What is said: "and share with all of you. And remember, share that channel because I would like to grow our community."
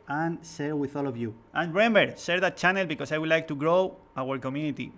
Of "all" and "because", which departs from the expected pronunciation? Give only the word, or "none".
because